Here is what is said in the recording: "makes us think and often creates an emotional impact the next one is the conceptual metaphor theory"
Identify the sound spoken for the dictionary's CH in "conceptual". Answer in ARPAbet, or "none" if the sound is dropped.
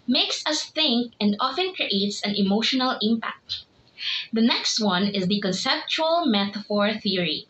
CH